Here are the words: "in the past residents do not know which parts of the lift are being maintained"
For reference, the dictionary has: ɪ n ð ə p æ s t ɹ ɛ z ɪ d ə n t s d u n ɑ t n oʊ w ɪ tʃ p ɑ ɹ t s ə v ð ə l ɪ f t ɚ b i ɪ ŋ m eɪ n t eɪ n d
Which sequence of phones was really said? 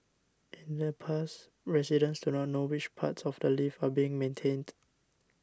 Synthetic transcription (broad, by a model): ɪ n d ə p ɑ s ɹ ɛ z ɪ d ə n s d u n ɑ t n oʊ w ɪ tʃ p ɑ t s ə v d ə l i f ɑ b i ɪ ŋ m eɪ n t eɪ n d